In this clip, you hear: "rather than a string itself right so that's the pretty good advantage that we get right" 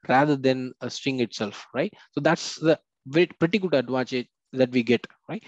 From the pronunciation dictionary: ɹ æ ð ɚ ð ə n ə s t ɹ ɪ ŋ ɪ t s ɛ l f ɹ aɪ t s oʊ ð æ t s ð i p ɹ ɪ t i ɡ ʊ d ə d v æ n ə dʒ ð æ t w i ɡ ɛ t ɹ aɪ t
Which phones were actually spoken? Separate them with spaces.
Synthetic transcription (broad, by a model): ɹ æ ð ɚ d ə n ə s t ɪ ŋ ɪ t s ɛ l f ɹ aɪ t s oʊ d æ t s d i p ɹ ɪ t i ɡ ʊ d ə d v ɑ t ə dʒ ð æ t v i ɡ ɛ t ɹ aɪ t